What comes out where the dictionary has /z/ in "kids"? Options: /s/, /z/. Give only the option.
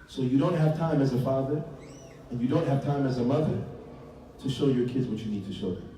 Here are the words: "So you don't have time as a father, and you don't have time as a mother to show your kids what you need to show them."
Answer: /z/